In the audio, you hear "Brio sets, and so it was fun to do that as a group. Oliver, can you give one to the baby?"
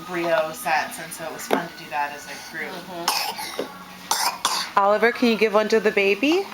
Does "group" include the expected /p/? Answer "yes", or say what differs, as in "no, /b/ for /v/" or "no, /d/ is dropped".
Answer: no, /p/ is dropped